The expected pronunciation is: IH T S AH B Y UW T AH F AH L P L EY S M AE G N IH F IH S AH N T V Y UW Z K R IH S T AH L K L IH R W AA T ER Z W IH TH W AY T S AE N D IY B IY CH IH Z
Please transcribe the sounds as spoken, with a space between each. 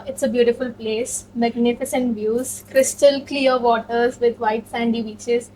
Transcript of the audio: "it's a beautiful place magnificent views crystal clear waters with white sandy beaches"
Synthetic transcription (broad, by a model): IH T S AH B Y UW T AH F AH L P L EY S M AE G N IH F IH S AH N T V Y UW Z K R IH S T AH L K L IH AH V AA T ER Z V IH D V AY T S AE N D IY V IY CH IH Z